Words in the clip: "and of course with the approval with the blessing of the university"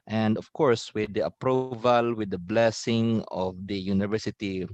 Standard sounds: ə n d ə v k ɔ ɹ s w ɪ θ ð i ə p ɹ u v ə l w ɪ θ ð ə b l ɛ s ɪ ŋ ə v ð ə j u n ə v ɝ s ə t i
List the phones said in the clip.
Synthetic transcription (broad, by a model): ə n d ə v k ɔ ɹ s w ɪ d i ə p ɹ u v ə l w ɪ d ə b l ɛ s ɪ ŋ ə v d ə j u n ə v ɝ s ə t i